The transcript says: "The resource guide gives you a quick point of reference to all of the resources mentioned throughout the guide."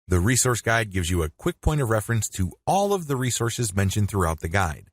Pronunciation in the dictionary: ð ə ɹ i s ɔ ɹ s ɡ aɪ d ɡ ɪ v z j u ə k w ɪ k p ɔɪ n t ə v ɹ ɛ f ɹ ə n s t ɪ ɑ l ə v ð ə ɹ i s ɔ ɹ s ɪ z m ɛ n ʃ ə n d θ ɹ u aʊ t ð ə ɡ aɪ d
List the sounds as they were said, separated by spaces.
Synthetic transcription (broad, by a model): ð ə ɹ i s ɔ ɹ s ɡ aɪ d ɡ ɪ v z j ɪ ə k w ɪ k p ɔɪ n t ə v ɹ ɛ f ɹ ə n s t ɪ ɑ l ə v ð ə ɹ i s ɔ ɹ s ɪ z m ɛ n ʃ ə n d θ ɹ u aʊ t ð ə ɡ aɪ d